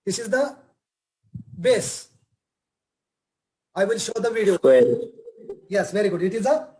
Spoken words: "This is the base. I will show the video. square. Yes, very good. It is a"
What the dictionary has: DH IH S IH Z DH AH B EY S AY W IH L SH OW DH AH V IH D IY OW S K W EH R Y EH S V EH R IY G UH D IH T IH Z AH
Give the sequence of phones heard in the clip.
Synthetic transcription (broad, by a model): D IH S IH Z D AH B EY S AY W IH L SH OW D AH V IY D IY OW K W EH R Y EH S V EH R IY G UH D IH T IH Z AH